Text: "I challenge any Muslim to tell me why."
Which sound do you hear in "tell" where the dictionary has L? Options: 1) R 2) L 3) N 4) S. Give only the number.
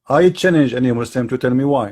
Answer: 2